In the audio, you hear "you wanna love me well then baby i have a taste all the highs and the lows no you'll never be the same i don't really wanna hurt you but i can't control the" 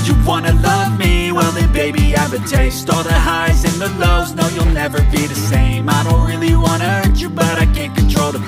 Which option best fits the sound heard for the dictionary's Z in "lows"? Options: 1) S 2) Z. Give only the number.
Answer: 2